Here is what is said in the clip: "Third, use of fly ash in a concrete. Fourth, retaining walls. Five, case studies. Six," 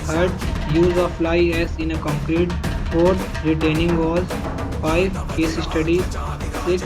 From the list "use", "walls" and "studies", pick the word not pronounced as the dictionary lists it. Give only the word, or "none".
walls